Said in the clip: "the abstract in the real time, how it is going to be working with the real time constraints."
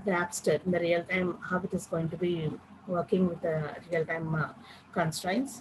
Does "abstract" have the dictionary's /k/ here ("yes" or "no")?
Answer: no